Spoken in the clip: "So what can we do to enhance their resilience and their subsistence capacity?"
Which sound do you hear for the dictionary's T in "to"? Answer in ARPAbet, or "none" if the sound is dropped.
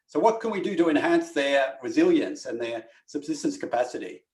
T